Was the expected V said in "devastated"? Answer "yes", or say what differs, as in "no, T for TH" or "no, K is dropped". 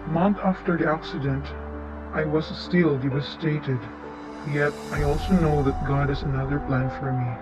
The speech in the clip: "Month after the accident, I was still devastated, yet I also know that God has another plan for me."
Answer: no, W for V